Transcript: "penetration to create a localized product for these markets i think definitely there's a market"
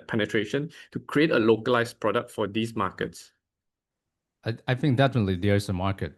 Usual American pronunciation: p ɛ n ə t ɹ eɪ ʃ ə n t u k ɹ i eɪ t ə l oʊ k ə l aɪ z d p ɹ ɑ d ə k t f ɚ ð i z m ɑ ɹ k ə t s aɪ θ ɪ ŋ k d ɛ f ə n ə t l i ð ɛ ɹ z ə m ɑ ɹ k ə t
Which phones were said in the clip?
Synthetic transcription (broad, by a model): p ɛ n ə t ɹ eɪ ʃ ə n t u k ɹ i eɪ t ə l oʊ k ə l aɪ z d p ɹ ɑ d ə k t f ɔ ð i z m ɑ k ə t s aɪ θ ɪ ŋ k d ɛ f ə n ə t l i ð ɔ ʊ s ə m ɑ ɹ k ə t